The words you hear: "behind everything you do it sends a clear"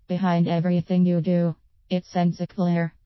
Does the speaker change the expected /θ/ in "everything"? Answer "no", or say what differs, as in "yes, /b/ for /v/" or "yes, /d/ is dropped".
no